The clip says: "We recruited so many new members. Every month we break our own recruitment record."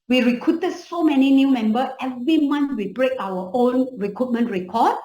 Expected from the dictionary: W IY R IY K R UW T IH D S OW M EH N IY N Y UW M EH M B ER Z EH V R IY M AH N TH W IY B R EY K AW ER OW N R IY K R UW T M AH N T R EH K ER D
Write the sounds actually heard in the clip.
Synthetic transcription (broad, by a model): W IY R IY K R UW T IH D S OW M EH N IY N Y UW M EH M B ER EH V R IY M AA N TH W IY B R EY K AW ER OW N R IY K R UW T M AH N T R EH K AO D